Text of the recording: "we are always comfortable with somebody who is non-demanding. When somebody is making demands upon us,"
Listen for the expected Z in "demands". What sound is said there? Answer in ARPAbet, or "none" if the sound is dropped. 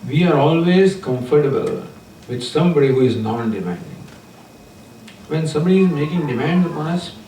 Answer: none